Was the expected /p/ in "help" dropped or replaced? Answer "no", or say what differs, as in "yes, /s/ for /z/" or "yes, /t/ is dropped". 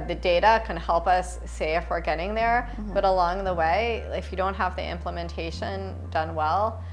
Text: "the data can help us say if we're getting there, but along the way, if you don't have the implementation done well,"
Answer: no